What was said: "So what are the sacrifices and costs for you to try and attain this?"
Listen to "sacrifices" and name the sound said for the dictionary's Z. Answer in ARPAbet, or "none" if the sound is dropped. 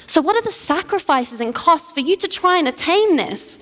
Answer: Z